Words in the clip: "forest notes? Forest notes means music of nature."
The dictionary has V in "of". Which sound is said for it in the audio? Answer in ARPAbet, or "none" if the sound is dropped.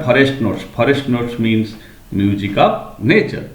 P